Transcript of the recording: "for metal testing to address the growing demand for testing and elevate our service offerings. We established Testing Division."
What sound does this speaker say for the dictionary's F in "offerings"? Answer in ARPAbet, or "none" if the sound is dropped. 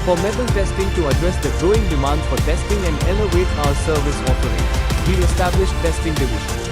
P